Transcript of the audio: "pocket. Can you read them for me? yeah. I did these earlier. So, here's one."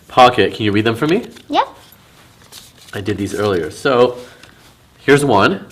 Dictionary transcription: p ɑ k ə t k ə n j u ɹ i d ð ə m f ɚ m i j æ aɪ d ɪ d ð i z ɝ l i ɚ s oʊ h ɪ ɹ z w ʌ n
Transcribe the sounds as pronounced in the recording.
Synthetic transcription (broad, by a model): p ɑ k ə t k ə n j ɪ ɹ i d ð ə m f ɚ m i j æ aɪ d ɪ d ð i z ɝ l i ɚ s oʊ h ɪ ɹ z w ʌ n